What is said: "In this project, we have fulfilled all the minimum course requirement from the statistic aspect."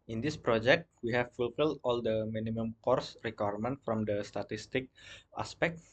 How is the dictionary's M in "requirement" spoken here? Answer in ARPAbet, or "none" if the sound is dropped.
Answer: M